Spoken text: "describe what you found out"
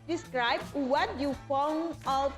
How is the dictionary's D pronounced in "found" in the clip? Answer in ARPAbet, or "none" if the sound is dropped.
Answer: none